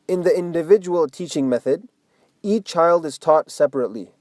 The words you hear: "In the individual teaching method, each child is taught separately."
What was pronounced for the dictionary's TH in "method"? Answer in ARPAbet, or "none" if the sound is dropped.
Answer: TH